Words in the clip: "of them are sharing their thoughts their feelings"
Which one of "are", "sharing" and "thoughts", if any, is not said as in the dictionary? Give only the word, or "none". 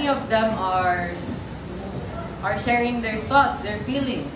thoughts